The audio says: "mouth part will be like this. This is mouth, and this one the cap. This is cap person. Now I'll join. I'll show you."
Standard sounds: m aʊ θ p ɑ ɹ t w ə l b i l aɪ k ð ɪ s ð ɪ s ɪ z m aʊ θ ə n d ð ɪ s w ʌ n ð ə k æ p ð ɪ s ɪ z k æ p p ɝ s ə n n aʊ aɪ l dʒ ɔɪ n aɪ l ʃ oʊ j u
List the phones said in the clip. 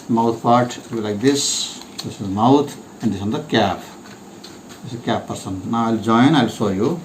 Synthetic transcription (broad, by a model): m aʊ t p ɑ ɹ t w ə l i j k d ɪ s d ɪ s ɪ m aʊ t ə n d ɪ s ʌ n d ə k æ p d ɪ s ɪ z k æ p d s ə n n aʊ aɪ l dʒ ɔɪ n aɪ l s oʊ j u